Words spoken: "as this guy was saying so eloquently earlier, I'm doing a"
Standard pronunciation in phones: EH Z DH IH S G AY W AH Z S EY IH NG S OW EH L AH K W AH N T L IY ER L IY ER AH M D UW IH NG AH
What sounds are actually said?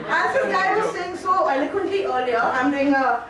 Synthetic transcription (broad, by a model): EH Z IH G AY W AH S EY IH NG S OW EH L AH K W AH N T L IY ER L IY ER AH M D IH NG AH